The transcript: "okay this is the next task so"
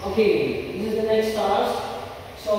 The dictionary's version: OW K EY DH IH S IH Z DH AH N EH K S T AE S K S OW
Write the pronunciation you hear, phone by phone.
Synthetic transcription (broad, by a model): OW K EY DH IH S IH Z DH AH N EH S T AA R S S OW